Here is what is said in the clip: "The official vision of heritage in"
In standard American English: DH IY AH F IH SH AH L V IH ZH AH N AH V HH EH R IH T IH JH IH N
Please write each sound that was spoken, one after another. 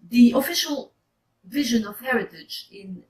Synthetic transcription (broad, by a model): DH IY AH F IH SH AH L V IH ZH AH N AH V HH EH R IH T IH JH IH N